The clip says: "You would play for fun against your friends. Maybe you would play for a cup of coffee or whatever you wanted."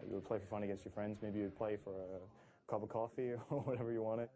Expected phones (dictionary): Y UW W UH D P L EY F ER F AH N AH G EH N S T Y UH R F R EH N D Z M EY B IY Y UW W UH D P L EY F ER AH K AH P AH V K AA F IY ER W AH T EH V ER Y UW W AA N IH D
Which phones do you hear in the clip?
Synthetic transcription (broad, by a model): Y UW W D P L EY F ER F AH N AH G EH N S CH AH R F R EH N D Z M EY B IY Y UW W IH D P L EY F ER AH K AH P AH K AA F IY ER W AH T EH V ER Y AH W AA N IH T